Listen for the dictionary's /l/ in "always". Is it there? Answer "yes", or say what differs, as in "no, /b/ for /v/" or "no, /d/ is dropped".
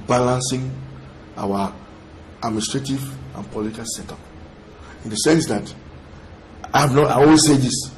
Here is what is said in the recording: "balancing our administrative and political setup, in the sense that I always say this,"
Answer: no, /n/ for /l/